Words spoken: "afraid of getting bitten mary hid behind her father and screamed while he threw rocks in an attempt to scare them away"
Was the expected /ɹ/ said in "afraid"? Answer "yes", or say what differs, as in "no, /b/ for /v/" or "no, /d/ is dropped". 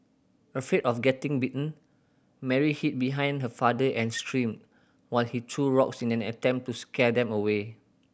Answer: no, /ɹ/ is dropped